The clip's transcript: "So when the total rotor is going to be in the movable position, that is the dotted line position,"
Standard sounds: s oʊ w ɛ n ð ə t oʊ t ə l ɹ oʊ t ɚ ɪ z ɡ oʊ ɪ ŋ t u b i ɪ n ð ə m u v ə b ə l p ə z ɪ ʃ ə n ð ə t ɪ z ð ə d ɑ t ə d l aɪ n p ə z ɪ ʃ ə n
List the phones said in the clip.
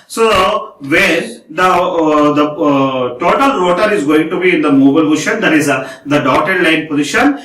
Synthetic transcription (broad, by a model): s oʊ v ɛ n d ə t oʊ t ə l ɹ oʊ t ɚ ɪ z ɡ oʊ ɪ ŋ t u b i ɪ n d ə m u b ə ə l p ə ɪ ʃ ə n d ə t ɪ z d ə d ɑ t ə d l aɪ n p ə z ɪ ʃ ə n